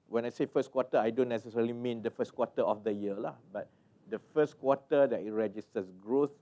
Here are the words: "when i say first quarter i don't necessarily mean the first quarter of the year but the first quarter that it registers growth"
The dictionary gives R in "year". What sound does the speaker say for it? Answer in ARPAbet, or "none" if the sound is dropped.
L